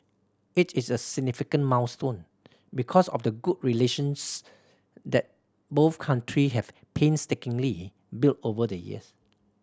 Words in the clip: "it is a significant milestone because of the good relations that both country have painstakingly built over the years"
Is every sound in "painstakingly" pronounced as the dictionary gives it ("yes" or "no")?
yes